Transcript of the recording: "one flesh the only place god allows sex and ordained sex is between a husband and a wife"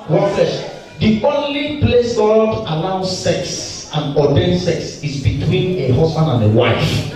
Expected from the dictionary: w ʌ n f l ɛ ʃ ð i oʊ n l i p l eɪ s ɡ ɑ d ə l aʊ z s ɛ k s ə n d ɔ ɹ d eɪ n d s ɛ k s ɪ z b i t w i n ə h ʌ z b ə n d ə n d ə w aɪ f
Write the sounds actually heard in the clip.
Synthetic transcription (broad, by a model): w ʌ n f ɛ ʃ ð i oʊ n l i p l eɪ s ɡ ɑ d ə l aʊ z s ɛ k s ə n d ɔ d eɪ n s ɛ k s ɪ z b i t w i n ə h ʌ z b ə n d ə n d ə w aɪ f